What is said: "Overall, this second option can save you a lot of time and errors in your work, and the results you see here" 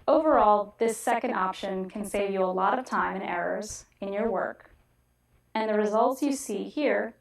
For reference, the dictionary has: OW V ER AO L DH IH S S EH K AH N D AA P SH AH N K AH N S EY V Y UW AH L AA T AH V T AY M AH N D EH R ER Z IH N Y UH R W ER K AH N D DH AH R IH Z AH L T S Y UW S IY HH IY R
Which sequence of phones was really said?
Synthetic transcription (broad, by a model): OW V ER AO L DH IH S S EH K AH N D AA P SH AH N K AH N S EY V Y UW AH L AA T AH V T AY M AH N EH R ER Z IH N Y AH R W ER K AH N DH AH R IH Z AH L T S Y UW S IY HH IY R